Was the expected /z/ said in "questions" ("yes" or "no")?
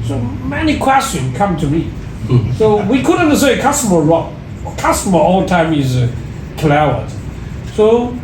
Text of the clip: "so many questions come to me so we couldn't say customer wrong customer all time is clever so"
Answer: no